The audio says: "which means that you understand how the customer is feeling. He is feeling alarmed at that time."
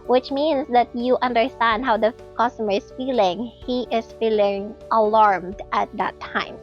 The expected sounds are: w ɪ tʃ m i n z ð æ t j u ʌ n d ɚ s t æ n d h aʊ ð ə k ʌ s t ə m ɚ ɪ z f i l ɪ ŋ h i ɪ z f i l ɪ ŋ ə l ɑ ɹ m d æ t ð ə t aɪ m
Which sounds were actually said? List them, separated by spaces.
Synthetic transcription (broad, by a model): w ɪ tʃ m i n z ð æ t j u ʌ n d ɚ s t æ n d h aʊ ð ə k ʌ s t ə m ɚ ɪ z f i l ɪ ŋ h i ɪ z f i l ɪ ŋ ə l ɑ ɹ m d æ t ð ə t aɪ m